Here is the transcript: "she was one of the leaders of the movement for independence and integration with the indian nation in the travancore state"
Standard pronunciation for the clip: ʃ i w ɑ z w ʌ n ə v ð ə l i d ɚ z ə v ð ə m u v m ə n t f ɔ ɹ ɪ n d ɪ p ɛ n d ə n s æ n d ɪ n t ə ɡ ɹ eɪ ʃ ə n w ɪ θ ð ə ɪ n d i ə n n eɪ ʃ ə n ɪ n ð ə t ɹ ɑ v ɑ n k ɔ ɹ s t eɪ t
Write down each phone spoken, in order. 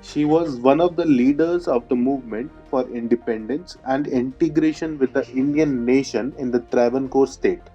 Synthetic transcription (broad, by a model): ʃ i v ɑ z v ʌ n ə v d ə l i d ɚ z ə v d ə m u v m ə n t f ɔ ɹ ɪ n d ɪ p ɛ n d ə n s æ n d ɪ n t ə ɡ ɹ eɪ ʃ ə n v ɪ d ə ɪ n d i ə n n eɪ ʃ ə n ɪ n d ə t ɹ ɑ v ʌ n k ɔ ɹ s t eɪ t